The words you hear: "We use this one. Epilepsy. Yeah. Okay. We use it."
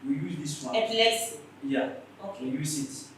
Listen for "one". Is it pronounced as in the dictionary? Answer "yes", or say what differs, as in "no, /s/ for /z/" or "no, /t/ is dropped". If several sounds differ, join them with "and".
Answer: no, /n/ is dropped